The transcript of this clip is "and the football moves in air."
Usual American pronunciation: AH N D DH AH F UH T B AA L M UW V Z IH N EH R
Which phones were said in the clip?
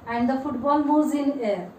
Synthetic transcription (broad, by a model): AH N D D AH F UH T B AA L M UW Z IH N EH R